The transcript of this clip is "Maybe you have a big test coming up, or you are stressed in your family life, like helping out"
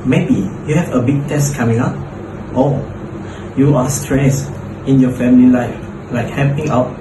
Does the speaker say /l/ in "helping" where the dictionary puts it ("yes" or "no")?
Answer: no